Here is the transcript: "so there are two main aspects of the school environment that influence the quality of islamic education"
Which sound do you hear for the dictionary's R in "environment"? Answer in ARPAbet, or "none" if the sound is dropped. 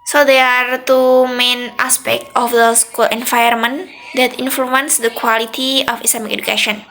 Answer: none